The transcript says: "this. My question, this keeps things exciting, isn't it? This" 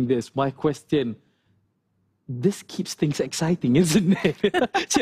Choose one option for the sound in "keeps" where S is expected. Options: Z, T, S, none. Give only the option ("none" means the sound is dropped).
S